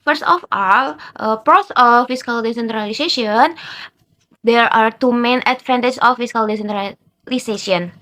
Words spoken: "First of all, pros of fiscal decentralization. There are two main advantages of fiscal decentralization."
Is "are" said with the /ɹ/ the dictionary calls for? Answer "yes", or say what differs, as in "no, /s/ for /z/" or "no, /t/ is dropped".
yes